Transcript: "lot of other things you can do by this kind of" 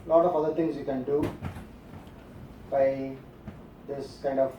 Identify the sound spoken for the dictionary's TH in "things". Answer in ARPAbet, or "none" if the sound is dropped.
T